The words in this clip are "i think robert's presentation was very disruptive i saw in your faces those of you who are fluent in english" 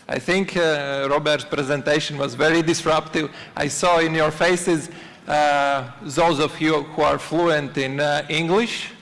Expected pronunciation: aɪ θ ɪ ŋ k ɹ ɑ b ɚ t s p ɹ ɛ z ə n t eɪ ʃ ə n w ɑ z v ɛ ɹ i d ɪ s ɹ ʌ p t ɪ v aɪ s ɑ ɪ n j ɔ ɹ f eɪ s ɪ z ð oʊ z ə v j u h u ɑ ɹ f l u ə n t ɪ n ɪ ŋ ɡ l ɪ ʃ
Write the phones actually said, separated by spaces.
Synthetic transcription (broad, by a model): aɪ θ ɪ ŋ k ɹ ɑ b ɚ t s p ɹ ɛ z ə n t eɪ ʃ ə n w ɑ z v ɛ ɹ i d ɪ s ɹ ʌ p t ɪ v aɪ s ɑ ɪ n j ɔ ɹ f eɪ s ɪ z ð oʊ z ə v j u h u ɑ ɹ f l u ə n t ɪ n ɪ ŋ ɡ l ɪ ʃ